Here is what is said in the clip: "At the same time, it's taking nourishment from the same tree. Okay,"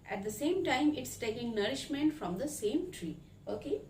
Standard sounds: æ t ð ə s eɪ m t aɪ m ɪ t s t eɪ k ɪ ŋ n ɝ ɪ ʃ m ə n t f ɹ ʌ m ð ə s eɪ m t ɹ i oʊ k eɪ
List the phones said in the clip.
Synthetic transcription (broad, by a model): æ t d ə s eɪ m t aɪ m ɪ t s t eɪ k ɪ ŋ n ɝ ɪ ʃ m ə n t f ɹ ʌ m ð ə s eɪ m t ɹ i oʊ k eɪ